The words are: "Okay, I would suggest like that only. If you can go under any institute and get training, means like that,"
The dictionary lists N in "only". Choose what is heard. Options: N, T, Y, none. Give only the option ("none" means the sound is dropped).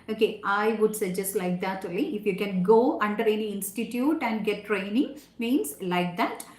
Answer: none